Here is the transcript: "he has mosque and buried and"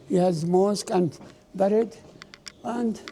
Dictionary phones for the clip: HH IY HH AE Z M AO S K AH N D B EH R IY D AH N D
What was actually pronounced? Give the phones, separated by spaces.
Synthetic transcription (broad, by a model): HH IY HH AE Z M AO S K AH N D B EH R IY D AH N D